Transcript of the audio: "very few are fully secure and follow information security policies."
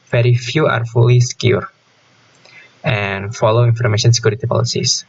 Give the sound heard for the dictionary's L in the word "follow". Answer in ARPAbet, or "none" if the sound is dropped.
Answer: L